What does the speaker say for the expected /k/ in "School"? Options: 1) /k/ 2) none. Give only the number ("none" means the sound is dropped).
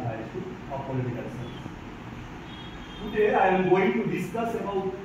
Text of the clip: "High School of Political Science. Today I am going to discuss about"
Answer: 2